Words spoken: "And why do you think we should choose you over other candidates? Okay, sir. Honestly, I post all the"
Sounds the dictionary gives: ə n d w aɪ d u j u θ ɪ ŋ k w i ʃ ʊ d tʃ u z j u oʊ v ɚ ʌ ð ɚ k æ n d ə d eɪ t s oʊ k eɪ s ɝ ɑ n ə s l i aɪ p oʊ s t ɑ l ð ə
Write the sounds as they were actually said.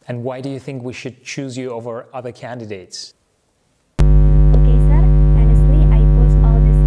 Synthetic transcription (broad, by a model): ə n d w aɪ d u j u θ ɪ ŋ k w i ʃ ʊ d tʃ u z j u oʊ v ɚ ʌ ð ɚ k æ n d ə d eɪ t s oʊ k eɪ s ɝ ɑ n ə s l i aɪ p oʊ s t ɑ l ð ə